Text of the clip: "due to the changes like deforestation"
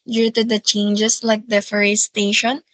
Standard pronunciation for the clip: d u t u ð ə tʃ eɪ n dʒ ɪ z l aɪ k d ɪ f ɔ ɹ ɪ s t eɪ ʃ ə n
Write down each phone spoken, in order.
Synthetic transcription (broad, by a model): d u t u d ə tʃ eɪ n dʒ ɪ s l aɪ k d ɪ f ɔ ɹ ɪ s t eɪ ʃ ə n